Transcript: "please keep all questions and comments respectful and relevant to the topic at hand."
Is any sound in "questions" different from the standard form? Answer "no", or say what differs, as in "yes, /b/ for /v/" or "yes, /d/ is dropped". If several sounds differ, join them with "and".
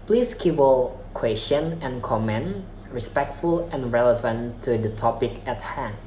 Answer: yes, /z/ is dropped